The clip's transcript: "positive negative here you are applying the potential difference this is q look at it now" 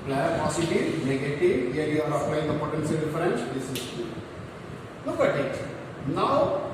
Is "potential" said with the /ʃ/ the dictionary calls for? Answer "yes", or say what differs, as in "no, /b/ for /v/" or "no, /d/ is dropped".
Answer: no, /s/ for /ʃ/